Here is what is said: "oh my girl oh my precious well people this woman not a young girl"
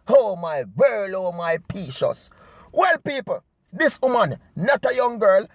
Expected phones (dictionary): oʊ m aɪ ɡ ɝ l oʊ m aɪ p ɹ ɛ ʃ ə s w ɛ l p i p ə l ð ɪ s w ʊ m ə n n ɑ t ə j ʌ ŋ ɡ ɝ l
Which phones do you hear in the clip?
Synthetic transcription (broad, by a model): oʊ m aɪ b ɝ l oʊ m aɪ p i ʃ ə s w ɛ l p i p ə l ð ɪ s w ʊ m ə n n ɑ t ə j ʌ ŋ ɡ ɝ l